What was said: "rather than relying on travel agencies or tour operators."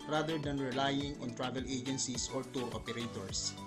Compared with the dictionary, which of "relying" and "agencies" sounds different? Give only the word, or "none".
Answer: agencies